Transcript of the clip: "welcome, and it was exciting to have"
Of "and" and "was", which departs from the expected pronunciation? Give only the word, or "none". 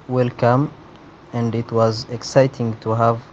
none